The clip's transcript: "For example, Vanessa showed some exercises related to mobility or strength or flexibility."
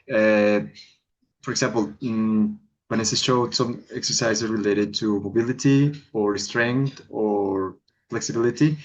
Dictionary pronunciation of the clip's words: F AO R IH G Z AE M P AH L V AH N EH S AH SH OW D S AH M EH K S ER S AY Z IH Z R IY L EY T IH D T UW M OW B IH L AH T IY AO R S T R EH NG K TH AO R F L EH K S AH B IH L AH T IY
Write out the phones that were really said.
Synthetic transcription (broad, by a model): F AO R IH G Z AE M P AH L B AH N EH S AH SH OW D S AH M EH K S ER S AY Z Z R IY L EY T IH D T UW M OW B IH L AH T IY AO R S T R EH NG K T AO R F L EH K S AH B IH L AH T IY